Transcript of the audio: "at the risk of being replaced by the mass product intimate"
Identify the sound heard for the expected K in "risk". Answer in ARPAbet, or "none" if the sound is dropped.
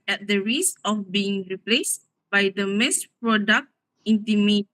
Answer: none